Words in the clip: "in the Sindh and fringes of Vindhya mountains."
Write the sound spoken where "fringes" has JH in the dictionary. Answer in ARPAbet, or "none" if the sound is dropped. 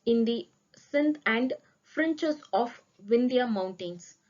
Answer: CH